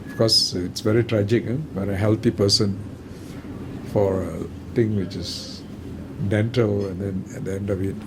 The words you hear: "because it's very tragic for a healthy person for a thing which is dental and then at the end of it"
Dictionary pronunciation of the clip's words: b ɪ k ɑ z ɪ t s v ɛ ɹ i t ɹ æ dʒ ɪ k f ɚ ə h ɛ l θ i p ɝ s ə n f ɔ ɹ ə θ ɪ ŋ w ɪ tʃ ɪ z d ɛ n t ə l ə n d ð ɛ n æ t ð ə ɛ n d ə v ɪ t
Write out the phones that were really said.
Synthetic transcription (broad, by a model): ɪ k ɑ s ɪ t s v ɛ ɹ i t ɹ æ dʒ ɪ k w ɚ ə h ɛ l t i p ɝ s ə n f ɔ ɹ ə t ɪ ŋ w ɪ tʃ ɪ s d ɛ n t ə l ə n d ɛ n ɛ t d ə ɛ n d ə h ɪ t